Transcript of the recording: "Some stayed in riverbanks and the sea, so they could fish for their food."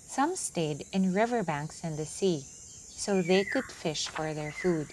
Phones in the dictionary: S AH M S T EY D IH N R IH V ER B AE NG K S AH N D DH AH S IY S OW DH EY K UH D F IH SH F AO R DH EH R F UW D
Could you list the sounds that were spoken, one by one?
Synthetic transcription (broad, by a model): S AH M S T EY D IH N R IH V ER B AE NG K S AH N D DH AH S IY S OW DH EY K UH D F IH SH F AO R DH EH R F UW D